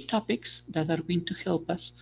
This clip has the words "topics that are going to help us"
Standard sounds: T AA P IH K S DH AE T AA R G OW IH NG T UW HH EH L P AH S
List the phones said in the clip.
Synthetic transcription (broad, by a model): T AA P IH K S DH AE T AA R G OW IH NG T UW HH EH L P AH S